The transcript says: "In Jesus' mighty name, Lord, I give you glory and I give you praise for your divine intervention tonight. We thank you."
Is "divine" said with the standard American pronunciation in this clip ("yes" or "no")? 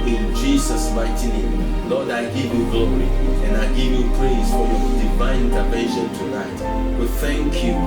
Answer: no